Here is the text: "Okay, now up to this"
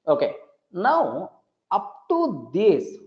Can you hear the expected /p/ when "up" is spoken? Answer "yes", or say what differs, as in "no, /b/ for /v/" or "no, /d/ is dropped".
yes